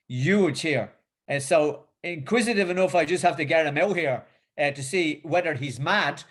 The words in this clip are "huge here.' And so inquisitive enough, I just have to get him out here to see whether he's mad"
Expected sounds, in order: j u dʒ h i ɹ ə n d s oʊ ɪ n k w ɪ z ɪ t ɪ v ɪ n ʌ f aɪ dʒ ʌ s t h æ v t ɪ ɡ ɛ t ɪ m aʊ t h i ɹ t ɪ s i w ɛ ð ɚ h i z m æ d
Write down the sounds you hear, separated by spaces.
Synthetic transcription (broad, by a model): j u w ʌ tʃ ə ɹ s oʊ ɪ n k w ɪ z ɪ t ɪ v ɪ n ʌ f aɪ dʒ ʌ s t h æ f t ɪ ɡ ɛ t ɪ m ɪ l h i ɹ t ɪ s i w ɛ ð ɚ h i z m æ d